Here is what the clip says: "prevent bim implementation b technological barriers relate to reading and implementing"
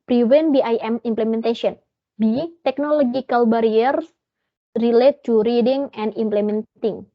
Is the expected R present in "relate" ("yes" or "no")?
yes